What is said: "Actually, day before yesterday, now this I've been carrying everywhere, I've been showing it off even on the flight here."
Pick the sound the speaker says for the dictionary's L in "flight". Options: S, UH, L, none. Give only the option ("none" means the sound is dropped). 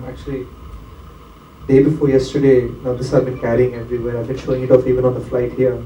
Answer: L